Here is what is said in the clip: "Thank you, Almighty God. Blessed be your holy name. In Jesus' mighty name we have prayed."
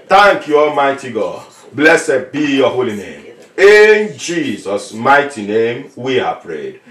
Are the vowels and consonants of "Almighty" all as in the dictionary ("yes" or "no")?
yes